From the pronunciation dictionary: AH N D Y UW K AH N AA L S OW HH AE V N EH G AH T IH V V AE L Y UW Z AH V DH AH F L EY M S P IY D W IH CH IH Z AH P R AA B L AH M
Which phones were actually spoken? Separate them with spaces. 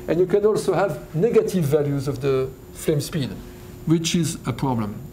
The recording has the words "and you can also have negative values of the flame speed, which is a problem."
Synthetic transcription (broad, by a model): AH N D Y UW K AH N AA L S OW HH AE V N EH G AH T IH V V AE L Y UW Z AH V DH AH F L EY M S P IY D W IH CH IH Z AH P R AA B L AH M